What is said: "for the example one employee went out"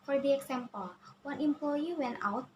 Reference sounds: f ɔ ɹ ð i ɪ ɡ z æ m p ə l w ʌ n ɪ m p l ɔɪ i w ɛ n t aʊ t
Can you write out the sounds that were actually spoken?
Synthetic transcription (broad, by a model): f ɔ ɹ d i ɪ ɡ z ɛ m p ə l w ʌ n ɪ m p l ɔɪ i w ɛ n aʊ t